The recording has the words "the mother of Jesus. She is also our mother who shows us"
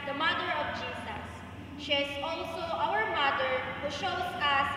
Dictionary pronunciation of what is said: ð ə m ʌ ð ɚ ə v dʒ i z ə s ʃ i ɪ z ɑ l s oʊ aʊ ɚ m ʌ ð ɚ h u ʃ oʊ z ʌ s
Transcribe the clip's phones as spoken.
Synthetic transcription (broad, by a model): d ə m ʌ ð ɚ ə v dʒ i s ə s ʃ i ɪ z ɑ l s oʊ aʊ ɚ m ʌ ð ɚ h u ʃ oʊ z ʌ s